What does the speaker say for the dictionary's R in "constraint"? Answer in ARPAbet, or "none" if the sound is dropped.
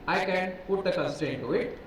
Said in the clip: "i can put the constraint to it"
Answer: none